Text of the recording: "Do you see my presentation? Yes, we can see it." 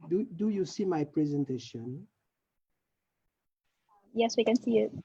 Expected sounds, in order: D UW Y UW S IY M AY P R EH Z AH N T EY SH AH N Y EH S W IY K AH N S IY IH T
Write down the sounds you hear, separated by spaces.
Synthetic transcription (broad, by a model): D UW Y UW S IY M AY P R EH Z AH N T EY SH AH N Y EH S W IY K AH N S IY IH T